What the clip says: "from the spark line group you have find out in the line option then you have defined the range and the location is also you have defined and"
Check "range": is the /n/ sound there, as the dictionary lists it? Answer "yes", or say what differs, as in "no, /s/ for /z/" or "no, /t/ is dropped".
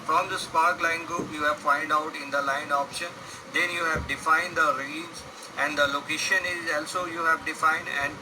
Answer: no, /n/ is dropped